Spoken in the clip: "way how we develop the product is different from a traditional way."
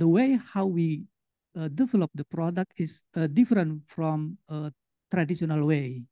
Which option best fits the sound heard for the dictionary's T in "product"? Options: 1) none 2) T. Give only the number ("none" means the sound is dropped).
2